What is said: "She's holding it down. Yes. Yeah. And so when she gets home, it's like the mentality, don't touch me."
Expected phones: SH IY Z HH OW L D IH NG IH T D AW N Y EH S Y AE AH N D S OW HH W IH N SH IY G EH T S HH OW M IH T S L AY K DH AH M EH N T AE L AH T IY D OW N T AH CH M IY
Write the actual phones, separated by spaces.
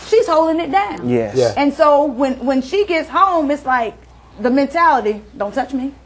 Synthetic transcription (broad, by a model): SH IY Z HH OW L D IH NG IH T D AW N Y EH Y AE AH N S OW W W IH N SH IY G EH T S HH OW M IH T S L AY K DH AH M EH N T AE L AH T IY D OW N T AH CH M IY